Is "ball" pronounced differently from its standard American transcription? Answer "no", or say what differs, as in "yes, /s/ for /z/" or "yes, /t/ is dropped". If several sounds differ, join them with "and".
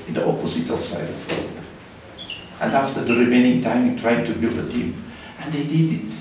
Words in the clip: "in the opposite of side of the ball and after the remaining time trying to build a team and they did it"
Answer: yes, /w/ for /l/